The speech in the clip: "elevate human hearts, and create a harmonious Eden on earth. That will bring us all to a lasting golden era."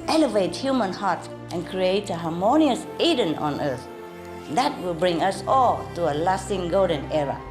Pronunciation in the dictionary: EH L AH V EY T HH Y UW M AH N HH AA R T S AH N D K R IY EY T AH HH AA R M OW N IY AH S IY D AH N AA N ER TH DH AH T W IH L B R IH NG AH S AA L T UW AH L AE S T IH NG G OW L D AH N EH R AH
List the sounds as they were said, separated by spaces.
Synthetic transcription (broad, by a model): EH L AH V EY T HH Y UW M AH N HH AA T T AH N K R IY EY T AH HH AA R M OW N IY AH S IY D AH N AA N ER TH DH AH T W IH L B R IH NG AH S AA L T UW AH L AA S T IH NG G OW L D AH N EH R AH